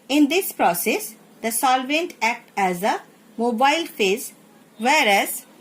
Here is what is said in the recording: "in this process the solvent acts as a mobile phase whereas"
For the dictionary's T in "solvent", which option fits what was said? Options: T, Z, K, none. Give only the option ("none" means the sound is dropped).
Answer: T